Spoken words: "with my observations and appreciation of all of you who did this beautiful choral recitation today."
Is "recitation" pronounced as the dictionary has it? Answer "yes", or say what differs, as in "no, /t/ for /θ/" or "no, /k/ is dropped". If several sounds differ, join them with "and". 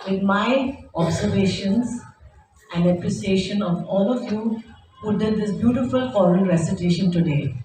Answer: yes